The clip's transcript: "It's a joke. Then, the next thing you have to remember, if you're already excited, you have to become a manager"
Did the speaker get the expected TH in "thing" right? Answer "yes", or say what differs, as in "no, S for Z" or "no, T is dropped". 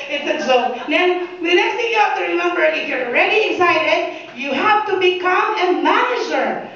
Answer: no, T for TH